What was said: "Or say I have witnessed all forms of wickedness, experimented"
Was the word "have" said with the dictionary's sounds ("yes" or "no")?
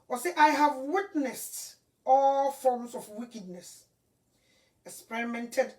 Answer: yes